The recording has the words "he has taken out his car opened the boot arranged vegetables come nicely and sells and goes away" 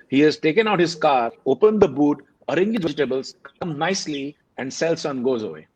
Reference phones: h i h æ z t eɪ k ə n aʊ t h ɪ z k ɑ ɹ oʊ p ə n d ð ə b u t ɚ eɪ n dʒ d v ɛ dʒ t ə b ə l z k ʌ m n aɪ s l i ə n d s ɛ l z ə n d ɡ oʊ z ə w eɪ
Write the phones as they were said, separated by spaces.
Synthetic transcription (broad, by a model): h i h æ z t eɪ k ə n aʊ t h ɪ z k ɑ ɹ oʊ p ə n d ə b u t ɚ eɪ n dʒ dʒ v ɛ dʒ t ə b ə l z k ʌ m n aɪ s l i ə n d s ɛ l s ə n ɡ oʊ z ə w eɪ